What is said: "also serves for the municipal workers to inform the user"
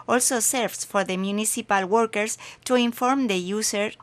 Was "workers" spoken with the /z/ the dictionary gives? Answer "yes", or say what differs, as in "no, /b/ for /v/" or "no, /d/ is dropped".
no, /s/ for /z/